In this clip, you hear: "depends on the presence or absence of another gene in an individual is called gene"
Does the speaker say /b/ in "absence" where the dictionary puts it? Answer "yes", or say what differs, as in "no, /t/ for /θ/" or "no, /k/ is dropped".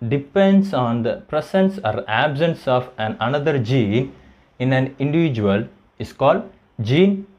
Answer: yes